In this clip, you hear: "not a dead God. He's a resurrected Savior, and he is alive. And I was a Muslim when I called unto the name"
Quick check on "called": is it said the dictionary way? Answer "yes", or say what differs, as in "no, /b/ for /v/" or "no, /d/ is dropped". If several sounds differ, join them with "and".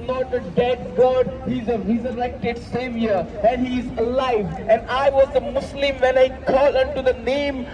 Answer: no, /d/ is dropped